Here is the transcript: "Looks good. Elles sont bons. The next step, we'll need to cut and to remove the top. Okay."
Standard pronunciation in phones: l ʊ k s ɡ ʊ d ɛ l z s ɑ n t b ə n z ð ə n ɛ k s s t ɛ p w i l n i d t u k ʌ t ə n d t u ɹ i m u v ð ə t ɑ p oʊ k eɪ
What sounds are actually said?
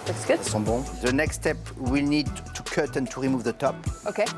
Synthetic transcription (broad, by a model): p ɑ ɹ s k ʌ ɛ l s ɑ b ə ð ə n ɛ k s s t ɛ p w i l n i d t u k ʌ t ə n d t u ɹ i m u v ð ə t ɑ p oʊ k eɪ